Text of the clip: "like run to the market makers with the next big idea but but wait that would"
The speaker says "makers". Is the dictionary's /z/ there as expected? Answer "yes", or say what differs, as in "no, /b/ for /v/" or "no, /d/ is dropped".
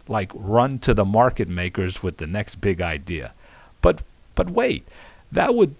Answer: yes